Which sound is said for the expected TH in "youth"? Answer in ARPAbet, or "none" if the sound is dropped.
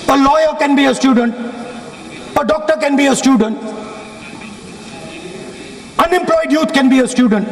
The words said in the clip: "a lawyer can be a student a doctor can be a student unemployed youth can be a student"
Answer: T